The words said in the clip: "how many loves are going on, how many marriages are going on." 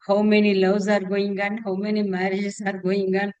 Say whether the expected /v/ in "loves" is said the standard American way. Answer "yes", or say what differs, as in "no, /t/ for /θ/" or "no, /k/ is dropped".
no, /w/ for /v/